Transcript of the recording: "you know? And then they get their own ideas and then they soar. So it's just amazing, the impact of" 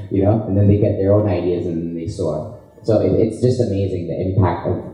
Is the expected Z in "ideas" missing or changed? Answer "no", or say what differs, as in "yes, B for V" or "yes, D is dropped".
no